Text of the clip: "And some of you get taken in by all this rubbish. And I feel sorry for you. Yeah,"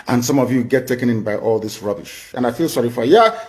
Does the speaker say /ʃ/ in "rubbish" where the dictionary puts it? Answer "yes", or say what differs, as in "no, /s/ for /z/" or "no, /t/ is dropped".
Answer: yes